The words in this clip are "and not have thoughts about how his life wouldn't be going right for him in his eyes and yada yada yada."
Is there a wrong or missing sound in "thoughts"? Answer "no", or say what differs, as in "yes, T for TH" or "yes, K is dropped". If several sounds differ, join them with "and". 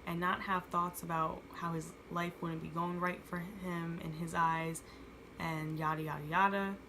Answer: no